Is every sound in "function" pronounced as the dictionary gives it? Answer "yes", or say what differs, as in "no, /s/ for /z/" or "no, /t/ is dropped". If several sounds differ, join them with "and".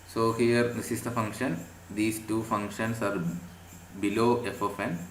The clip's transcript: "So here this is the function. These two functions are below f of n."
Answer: yes